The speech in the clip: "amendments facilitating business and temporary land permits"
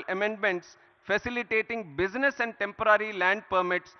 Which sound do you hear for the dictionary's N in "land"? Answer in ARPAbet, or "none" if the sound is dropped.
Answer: N